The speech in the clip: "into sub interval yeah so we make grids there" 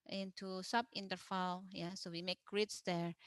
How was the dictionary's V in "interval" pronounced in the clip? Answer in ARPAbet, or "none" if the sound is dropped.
F